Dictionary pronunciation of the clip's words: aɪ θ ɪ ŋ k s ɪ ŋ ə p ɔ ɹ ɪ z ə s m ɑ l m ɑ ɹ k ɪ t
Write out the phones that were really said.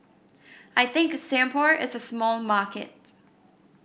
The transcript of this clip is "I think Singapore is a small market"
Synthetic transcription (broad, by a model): aɪ θ ɪ ŋ k s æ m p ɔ ɹ ɪ z ə s m ɑ l m ɑ ɹ k ɪ t